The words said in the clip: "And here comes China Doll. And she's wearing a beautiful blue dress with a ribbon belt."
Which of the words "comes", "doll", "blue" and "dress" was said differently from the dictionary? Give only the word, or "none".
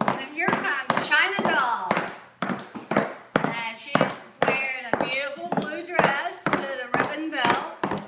comes